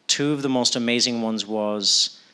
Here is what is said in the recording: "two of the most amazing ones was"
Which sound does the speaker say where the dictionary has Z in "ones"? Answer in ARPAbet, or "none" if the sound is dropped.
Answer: Z